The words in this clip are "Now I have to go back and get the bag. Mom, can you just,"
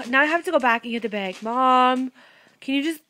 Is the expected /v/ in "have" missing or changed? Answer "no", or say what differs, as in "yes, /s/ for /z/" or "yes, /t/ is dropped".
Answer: yes, /p/ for /v/